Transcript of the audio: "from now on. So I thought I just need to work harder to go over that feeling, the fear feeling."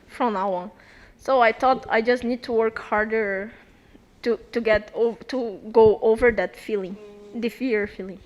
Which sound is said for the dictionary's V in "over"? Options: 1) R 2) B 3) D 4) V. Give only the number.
4